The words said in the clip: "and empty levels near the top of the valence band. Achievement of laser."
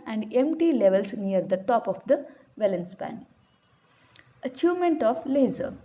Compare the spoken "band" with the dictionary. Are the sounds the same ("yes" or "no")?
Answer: no